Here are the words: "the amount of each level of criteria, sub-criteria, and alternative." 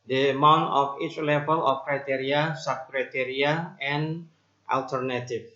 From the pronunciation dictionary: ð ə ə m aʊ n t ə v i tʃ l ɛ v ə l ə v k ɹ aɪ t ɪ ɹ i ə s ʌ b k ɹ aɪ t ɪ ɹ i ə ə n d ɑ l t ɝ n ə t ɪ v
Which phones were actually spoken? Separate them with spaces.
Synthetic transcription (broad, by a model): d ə ə m aʊ n t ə f i tʃ l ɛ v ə l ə f k ɹ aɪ t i ɹ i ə s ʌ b k ɹ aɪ t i ɹ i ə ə n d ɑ l t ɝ n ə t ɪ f